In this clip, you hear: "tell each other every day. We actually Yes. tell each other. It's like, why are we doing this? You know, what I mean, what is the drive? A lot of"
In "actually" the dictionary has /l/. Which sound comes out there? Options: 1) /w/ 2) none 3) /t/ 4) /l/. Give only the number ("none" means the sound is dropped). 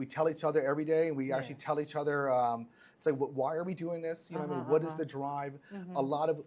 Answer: 2